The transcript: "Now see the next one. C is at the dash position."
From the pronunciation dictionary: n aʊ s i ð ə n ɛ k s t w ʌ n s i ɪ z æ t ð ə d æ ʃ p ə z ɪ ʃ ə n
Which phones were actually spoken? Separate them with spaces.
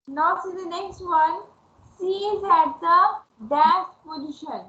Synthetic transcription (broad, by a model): n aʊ s i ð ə n ɛ k s t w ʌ n s i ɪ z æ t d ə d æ s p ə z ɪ ʃ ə n